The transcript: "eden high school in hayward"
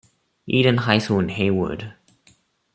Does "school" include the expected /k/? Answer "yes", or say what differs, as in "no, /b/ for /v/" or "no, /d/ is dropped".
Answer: no, /k/ is dropped